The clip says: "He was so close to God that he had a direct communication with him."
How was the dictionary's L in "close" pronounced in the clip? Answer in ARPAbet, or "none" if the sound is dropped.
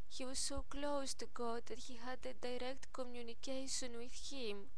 L